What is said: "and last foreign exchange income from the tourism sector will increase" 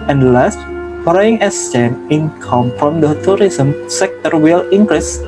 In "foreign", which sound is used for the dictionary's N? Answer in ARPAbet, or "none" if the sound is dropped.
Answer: none